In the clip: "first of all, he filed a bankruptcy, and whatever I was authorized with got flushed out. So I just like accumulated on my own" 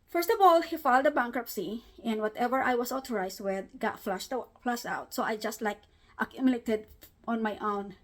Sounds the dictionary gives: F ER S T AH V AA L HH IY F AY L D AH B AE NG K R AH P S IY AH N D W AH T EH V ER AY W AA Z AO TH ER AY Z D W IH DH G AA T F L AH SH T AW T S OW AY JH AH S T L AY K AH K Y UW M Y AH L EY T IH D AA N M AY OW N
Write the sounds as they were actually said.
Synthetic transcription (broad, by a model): F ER S T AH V AA L HH IY F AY L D AH B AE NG K R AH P S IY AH N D W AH T EH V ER AY W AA S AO T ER AY S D W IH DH G AA T F L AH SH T AW T S OW AY JH AH S T L AY K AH K Y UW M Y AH L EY T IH D AA N M AY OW N